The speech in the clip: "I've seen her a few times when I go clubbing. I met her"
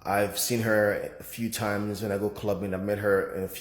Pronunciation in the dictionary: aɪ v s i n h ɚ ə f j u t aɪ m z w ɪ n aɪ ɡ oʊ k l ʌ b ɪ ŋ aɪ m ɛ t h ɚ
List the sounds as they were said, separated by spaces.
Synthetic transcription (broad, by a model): aɪ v s i n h ɚ ə f j u t aɪ m z w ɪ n aɪ ɡ oʊ k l ʌ b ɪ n aɪ m ɛ t h ɚ